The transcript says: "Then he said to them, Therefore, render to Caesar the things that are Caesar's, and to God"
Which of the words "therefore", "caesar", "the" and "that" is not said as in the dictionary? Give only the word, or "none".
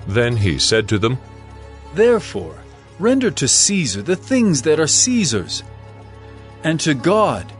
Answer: none